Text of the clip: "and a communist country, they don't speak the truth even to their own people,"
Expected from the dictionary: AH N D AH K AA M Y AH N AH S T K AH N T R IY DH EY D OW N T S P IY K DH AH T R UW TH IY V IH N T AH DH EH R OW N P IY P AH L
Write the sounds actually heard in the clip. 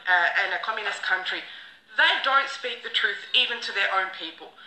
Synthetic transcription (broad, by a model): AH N AH K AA M Y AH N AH S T K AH N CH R IY DH EY D OW N T S P IY K DH AH T R UW TH IY V IH N T AH DH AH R OW N P IY P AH L